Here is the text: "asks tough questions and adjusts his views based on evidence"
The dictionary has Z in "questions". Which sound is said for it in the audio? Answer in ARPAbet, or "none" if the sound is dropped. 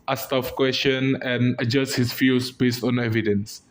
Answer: none